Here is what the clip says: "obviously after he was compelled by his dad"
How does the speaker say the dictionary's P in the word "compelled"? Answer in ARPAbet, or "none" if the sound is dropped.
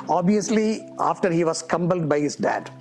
B